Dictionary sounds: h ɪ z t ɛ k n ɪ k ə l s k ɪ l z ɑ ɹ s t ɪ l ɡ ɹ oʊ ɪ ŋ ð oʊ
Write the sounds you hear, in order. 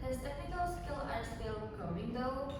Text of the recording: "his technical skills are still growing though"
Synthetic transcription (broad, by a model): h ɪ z t ɛ k n ɪ k ə l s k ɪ l ɑ ɹ s t ɪ l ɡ oʊ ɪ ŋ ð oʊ